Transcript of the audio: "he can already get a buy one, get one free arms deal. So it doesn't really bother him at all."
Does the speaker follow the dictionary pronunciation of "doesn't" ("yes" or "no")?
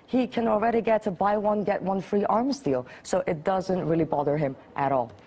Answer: yes